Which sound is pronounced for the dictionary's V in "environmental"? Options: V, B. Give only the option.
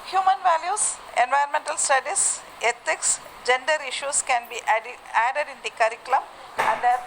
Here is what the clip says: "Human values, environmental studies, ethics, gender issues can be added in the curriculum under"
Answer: V